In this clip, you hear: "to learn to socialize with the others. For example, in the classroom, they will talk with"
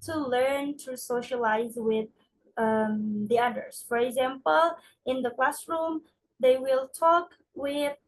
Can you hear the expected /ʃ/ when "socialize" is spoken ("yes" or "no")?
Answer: yes